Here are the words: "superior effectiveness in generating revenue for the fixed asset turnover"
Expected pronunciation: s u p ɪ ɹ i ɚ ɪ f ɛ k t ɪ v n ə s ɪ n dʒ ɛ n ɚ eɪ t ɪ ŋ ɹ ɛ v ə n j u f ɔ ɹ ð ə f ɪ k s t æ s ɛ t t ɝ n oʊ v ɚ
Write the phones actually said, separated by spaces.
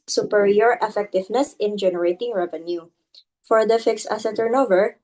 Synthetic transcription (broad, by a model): s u p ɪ ɹ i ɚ ɪ f ɛ k t ɪ v n ə s ɪ n dʒ ɛ n ɚ eɪ t ɪ ŋ ɹ ɛ v ə n j u f ɔ ɹ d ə f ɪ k s æ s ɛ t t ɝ n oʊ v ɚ